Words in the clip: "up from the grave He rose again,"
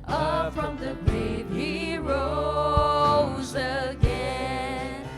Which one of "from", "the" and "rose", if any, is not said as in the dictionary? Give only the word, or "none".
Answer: none